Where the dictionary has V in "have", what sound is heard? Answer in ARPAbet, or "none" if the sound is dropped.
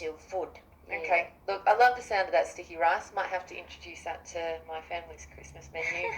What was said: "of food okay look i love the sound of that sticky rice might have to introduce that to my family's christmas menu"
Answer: F